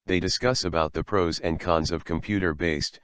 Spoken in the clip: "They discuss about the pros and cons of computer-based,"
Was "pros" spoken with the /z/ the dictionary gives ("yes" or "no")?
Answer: yes